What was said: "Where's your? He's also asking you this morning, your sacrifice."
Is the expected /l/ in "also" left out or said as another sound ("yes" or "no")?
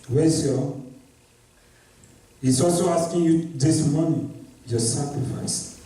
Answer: no